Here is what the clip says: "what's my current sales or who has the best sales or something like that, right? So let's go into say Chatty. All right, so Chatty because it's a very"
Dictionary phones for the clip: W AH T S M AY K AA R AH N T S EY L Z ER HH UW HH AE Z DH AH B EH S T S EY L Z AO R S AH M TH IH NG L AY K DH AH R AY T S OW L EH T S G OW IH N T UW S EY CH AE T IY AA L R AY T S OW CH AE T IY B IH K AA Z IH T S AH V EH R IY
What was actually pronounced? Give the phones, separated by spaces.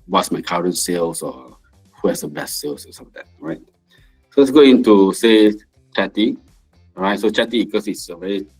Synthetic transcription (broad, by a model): W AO T S M AY K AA R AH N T S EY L S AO HH UW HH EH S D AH B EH S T S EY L S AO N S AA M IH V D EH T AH R AY T S OW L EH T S G OW IH N T UW S EY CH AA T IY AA R AY T S OW CH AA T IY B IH K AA S IH T S AH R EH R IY